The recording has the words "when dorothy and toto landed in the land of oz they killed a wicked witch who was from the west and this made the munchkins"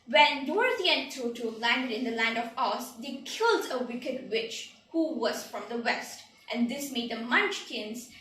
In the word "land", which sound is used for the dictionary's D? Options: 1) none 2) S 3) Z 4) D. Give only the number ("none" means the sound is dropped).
1